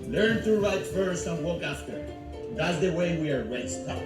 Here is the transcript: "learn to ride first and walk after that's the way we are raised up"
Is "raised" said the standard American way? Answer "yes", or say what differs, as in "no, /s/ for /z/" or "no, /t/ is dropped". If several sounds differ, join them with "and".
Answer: no, /w/ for /ɹ/